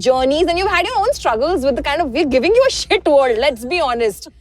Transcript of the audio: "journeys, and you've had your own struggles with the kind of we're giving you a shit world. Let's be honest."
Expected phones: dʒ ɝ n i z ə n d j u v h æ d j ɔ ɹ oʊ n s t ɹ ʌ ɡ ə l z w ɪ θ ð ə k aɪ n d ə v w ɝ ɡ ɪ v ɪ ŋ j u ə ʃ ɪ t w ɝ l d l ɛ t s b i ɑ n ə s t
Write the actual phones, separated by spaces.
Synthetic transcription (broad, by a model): dʒ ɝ n i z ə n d j u v h æ d j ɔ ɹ oʊ n s t ɹ ʌ ɡ ə l z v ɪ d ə k aɪ n d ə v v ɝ ɡ ɪ v ɪ ŋ j u ə ʃ ɪ t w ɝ d l ɛ t s b i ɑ n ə s t